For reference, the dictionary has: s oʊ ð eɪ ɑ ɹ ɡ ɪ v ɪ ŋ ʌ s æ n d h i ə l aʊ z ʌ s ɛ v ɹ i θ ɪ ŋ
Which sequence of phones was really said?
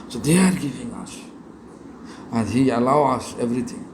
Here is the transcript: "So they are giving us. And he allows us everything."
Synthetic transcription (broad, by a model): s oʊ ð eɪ ɑ ɹ ɡ ɪ v ɪ ŋ ʌ s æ n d h i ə l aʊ ʌ s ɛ v ɹ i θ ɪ ŋ